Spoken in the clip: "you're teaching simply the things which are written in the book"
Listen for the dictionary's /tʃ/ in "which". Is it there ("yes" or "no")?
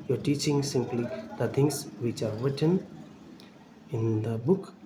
yes